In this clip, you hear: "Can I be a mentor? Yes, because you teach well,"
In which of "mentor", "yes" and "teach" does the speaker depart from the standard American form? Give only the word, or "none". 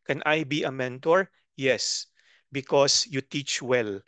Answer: none